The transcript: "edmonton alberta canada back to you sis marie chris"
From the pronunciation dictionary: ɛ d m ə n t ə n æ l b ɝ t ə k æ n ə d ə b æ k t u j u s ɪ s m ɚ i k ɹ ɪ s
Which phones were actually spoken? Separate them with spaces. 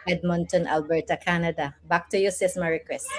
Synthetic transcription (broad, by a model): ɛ d m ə n t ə n æ l b ɝ t ə k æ n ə d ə b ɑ k t u j u s ɪ s m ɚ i k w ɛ s